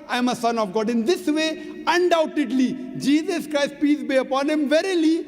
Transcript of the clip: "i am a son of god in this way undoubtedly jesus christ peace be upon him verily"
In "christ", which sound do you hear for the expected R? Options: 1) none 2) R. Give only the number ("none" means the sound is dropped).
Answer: 2